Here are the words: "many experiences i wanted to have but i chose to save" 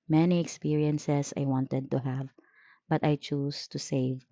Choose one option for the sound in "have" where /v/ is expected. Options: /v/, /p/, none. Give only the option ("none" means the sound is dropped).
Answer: /v/